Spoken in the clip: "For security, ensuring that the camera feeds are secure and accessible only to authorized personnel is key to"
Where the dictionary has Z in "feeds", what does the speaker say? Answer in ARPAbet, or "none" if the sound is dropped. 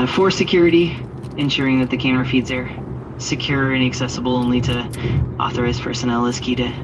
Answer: Z